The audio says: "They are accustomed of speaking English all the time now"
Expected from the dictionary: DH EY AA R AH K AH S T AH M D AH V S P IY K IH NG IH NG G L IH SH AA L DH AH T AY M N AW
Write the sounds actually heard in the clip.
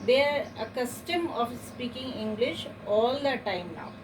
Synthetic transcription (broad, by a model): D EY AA R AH K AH S T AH M AH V S P IY K IH NG IH NG G L IH SH AA L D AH T AY M N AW